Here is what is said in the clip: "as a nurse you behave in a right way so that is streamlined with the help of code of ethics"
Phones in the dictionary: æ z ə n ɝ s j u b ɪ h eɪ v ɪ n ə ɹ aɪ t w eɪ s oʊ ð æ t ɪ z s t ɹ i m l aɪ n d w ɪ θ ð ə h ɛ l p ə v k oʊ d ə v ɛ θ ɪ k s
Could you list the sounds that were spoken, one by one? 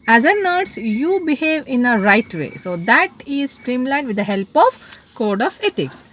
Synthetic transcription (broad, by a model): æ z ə n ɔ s j u b ɪ h eɪ v ɪ n ə ɹ aɪ t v eɪ s oʊ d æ t ɪ z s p ɹ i m l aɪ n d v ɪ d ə h ɛ l p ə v k oʊ d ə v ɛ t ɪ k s